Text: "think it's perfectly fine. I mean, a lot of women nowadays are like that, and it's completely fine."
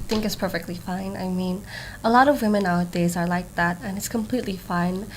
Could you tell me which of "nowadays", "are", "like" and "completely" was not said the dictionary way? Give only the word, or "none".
none